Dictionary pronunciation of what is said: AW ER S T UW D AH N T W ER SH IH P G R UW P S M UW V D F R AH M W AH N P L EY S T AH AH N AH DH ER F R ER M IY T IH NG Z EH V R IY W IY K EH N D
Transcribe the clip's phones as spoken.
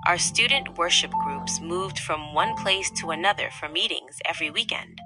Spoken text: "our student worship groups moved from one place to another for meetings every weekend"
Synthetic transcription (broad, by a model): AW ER S T UW D N T W ER SH IH P G R UW P S M UW V D F R AH M W AH N P L EY S T AH AH N AH DH ER F R ER M IY T IH NG Z EH V R IY W IY K EH N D